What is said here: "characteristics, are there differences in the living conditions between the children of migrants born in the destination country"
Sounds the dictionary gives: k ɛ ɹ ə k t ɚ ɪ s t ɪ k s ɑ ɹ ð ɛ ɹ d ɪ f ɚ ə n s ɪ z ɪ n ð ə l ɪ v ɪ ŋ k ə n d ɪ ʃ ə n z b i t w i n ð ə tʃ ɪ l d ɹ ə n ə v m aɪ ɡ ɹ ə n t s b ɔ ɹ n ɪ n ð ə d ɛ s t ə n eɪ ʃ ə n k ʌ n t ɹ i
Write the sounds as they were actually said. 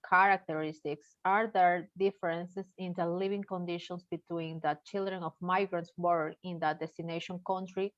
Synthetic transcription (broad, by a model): k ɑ ɹ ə k t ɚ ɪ s t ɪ k s ɑ ɹ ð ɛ ɹ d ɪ f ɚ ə n s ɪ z ɪ n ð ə l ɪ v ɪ ŋ k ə n d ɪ ʃ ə n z b i t w i n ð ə tʃ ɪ l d ɹ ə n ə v m aɪ ɡ ɹ ə n t s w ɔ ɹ ɪ n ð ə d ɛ s t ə n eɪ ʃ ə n k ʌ n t ɹ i